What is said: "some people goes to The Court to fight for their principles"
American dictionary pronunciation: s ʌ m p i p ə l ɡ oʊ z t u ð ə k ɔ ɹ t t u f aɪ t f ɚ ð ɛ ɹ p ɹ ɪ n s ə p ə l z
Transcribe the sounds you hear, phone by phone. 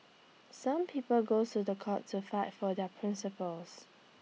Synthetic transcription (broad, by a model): s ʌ m p i p ə l ɡ oʊ t u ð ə k ɔ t t u f aɪ t f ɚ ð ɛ p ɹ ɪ n s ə p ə l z